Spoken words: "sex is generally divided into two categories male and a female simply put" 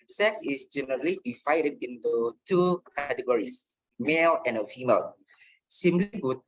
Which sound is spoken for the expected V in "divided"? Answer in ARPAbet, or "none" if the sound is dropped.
F